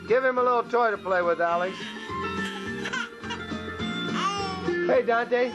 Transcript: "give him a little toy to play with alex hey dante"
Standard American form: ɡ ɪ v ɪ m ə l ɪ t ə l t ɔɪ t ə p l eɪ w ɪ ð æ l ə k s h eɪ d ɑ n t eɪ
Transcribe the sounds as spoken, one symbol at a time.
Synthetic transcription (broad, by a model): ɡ ɪ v ɪ m ə l ɪ t l t ɔɪ t ə p l eɪ w ɪ ð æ l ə s h eɪ d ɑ n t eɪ